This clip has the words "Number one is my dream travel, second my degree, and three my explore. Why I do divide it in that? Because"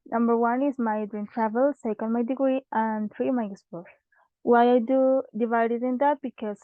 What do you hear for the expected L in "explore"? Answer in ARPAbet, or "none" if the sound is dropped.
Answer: none